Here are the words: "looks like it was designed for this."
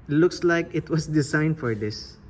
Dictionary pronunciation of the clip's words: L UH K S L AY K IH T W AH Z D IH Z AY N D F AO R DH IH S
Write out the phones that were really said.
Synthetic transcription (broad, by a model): L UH K S L AY K IH T W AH S D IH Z AY N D F AO R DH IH S